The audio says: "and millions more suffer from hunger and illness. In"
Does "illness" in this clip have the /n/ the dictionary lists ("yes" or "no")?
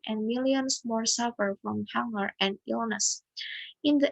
yes